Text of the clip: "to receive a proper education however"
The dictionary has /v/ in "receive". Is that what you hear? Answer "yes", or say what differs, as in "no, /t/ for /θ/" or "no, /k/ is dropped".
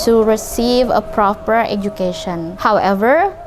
yes